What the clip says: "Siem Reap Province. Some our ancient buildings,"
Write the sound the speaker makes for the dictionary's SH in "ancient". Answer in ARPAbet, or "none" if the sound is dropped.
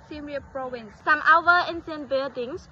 S